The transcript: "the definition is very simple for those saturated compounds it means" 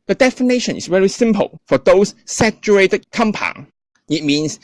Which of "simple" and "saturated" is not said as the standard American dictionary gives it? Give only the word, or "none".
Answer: none